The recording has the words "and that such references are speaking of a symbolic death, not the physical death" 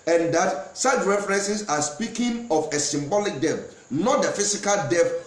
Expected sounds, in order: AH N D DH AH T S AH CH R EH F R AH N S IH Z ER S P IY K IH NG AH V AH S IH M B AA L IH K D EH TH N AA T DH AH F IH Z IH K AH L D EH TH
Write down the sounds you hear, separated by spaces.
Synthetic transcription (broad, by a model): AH N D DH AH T S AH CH R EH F R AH N S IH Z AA S P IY K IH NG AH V AH S IH M B AA L IH K D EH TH N AA T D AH F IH S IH K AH L D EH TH